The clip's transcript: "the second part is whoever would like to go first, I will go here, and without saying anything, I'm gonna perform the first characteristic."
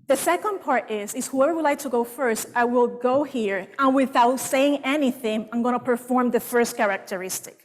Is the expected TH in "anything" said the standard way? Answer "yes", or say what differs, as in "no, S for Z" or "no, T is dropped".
yes